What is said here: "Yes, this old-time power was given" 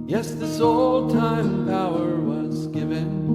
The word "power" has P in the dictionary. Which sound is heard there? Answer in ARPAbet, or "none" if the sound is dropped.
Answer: B